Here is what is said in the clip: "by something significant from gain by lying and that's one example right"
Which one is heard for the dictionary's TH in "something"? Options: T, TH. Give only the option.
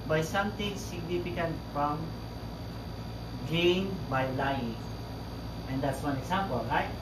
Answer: T